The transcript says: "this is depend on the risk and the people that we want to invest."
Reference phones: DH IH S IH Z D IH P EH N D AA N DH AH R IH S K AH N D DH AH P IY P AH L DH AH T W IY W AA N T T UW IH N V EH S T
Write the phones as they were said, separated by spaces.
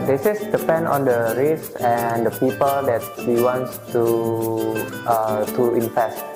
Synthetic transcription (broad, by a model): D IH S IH S D IH P EH N D AA N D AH R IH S AH N D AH P IY P AH L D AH T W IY W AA N T T UW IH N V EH S T